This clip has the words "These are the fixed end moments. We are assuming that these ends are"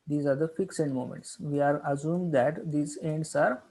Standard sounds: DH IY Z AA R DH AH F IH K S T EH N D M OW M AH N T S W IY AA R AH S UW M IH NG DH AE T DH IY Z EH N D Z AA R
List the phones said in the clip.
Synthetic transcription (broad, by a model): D IY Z AA R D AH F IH K S EH N D M OW M AH N T S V IY AA R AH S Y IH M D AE T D IY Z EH N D S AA R